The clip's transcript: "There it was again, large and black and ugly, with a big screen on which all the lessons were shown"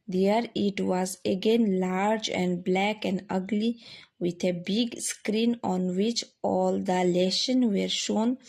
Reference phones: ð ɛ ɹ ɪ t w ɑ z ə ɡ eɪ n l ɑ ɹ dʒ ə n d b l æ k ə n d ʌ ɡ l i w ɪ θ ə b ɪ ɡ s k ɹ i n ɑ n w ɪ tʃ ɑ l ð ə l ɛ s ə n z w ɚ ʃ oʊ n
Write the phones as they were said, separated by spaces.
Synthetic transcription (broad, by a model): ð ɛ ɹ ɪ t w ɑ z ə ɡ eɪ n l ɑ ɹ dʒ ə n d b l æ k ə n d ʌ ɡ l i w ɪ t ə b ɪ ɡ s k ɹ i n ɑ n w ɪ tʃ ɑ l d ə l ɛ ʃ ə n w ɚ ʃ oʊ n